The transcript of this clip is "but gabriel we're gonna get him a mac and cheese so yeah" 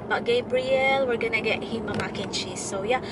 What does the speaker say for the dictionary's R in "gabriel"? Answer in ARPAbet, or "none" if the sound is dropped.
R